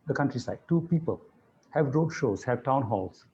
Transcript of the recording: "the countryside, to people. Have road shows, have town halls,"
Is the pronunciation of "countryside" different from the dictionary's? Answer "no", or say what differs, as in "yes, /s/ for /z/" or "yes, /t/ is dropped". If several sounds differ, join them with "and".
no